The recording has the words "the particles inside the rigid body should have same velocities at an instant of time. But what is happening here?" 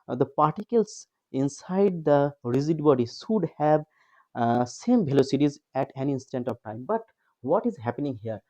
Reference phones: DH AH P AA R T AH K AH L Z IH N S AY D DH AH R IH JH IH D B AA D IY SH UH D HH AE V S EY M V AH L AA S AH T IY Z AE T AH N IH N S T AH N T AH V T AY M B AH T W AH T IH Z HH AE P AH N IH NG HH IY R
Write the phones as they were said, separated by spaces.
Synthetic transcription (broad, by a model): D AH P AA R T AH K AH L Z IH N S AY D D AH R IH Z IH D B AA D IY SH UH D HH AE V S EY M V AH L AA S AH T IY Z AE T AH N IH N S T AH N T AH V T AY M B AH T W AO T IH Z HH AE P AH N IH NG HH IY R